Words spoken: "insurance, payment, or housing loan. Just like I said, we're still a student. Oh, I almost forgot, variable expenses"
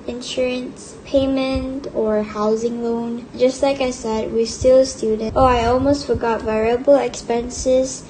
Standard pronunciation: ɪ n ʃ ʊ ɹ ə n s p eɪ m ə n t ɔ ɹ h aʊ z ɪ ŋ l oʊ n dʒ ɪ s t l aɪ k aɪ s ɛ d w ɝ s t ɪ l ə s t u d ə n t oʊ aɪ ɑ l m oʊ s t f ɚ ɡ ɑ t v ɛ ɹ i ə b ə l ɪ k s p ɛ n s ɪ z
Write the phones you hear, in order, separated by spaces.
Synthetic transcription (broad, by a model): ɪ n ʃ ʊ ɹ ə n s p eɪ m ə n t ɔ ɹ h aʊ z ɪ ŋ l oʊ n dʒ ɪ s t l aɪ k aɪ s ɛ d w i s t ɪ l s t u d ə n t oʊ aɪ ɑ l m oʊ s t f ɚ ɡ ɑ t v ɛ ɹ i ə b ə l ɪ k s p ɛ n s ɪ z